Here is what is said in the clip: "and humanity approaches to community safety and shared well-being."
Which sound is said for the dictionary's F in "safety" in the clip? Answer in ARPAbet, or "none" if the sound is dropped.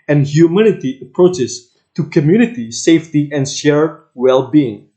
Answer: F